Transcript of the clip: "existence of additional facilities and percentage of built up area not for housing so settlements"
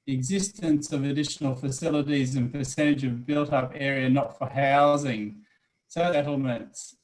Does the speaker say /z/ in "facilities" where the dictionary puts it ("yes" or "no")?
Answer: yes